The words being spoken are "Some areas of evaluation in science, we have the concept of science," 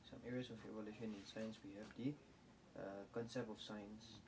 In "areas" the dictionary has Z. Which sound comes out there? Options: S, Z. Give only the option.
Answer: S